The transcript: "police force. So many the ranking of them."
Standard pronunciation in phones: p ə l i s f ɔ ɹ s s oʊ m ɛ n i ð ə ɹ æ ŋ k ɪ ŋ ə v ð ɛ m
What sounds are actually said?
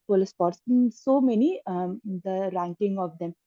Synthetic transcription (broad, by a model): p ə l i s p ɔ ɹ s s oʊ m ɛ n i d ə ɹ æ ŋ k ɪ ŋ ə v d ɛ m